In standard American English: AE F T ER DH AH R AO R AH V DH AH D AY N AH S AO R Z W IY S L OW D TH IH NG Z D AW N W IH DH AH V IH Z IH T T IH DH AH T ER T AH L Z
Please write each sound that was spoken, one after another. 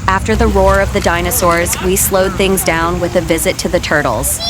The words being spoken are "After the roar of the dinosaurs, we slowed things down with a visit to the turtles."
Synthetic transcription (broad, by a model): AE F T ER DH AH R AO R AH V DH AH D AY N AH S AO R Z W IY S L OW D TH IH NG Z D AW N W IH DH AH V IH Z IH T T IH DH AH T ER T L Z